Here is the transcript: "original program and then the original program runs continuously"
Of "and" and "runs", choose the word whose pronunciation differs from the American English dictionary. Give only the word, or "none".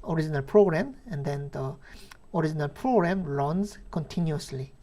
none